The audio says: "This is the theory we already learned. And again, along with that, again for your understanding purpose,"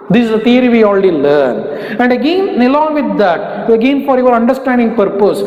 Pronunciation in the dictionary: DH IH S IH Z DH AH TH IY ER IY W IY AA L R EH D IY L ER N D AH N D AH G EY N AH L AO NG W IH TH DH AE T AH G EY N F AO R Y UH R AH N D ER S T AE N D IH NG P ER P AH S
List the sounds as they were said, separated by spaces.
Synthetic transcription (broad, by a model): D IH S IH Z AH T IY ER IY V IY AA L R EH D IY L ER N AH N D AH G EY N AH L AO NG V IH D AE T AH G EY N F AO R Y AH R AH N D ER S T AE N D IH NG P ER P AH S